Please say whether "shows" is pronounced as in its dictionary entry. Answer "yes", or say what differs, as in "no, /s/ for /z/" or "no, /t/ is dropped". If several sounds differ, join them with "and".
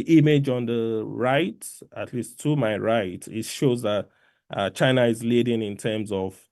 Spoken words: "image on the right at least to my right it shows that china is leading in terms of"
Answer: yes